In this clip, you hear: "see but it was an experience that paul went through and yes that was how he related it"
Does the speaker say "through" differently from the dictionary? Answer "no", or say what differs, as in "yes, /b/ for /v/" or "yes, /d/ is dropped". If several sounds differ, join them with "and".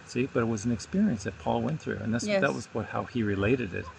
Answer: no